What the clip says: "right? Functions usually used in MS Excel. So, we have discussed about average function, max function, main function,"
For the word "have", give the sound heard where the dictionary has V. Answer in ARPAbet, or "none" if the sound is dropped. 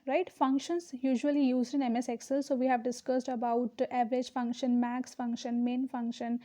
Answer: V